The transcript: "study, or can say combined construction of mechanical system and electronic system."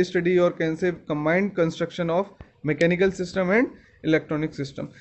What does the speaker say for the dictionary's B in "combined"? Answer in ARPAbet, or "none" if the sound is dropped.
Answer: B